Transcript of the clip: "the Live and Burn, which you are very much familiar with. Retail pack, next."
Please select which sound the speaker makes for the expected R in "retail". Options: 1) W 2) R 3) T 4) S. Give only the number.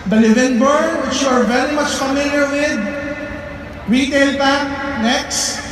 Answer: 2